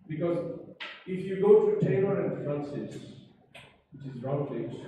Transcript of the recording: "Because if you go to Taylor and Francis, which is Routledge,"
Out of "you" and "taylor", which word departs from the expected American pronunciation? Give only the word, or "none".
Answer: taylor